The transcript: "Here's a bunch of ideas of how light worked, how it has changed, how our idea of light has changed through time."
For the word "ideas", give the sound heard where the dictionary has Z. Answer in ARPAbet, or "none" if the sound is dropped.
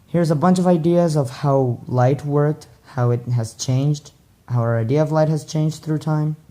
Z